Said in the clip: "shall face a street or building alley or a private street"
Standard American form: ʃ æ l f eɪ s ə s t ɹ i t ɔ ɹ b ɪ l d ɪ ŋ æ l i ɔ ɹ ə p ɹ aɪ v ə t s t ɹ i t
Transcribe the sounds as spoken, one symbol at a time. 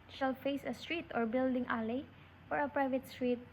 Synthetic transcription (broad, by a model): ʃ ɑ l f eɪ s ə s t ɹ i t ɔ ɹ b ɪ l d ɪ ŋ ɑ l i ɔ ɹ ə p ɹ aɪ v ə t s t ɹ i t